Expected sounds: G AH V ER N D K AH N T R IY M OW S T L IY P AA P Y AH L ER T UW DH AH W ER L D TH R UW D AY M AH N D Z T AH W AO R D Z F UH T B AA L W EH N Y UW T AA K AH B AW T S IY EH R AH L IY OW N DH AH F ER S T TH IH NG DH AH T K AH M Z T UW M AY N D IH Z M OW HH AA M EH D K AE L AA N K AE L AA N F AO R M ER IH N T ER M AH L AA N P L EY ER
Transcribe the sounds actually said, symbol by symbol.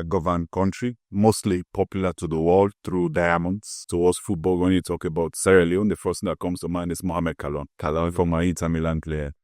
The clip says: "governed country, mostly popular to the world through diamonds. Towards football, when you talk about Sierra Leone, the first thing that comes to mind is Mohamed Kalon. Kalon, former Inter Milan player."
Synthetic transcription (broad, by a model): G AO V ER N K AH N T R IY M OW S T L IY P AA P Y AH L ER T UW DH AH W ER L D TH R UW D AY M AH N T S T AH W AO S F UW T B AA L W EH N Y UW T AA K AH B AW T S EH R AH L IY OW N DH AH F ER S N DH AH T K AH M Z T UW M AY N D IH S M OW HH AA M EH D K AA L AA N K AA L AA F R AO M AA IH T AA M AH L AA N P L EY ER